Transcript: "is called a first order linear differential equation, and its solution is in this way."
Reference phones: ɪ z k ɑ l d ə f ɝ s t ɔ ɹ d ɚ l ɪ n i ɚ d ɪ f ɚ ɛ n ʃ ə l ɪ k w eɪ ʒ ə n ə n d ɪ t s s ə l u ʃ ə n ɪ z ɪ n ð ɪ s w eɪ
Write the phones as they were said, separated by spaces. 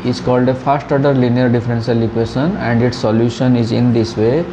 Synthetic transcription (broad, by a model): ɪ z k ɑ l d ə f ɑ s t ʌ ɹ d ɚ l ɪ n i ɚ d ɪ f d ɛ n s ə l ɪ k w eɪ ʃ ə n ə n d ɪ t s s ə l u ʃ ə n ɪ z ɪ n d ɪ s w eɪ